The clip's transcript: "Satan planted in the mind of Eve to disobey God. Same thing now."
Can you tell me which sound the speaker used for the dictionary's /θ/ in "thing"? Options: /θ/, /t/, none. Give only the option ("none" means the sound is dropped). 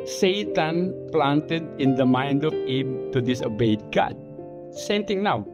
/t/